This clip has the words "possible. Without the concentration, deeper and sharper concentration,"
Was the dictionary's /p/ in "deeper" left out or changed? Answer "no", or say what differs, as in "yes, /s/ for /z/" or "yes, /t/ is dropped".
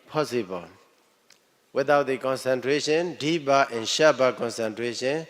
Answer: yes, /b/ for /p/